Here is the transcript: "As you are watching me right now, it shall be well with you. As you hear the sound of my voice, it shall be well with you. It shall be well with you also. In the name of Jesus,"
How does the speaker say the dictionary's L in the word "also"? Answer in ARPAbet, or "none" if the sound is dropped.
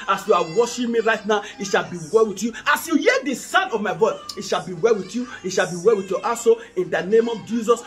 none